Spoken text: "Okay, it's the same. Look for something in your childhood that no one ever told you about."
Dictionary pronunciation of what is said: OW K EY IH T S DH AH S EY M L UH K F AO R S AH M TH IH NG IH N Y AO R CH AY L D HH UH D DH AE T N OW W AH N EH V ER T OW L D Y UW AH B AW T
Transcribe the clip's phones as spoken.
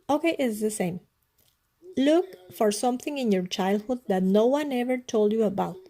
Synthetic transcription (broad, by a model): OW K EY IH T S DH AH S EY M L UH K F AO R S AH M TH IH NG IH N Y AO R CH AY L D HH UH D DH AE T N OW W AH N EH V ER T OW L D Y UW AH B AW T